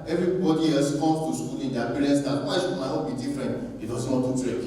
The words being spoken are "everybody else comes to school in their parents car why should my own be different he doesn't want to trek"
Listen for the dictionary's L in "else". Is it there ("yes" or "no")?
no